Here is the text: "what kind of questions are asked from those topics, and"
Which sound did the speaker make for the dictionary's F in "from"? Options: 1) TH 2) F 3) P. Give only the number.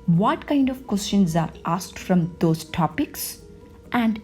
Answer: 2